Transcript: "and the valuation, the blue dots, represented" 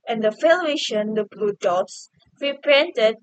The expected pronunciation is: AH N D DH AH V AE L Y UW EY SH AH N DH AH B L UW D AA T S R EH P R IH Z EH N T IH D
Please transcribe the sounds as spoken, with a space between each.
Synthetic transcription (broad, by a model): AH N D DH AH F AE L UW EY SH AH N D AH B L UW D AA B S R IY P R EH N T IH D